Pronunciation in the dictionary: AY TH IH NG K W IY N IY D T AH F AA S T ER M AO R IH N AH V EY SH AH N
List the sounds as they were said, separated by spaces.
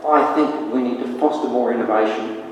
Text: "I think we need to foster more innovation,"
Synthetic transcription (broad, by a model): AY TH IH NG K W IY N IY D T AH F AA S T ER M AO R IH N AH V EY SH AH N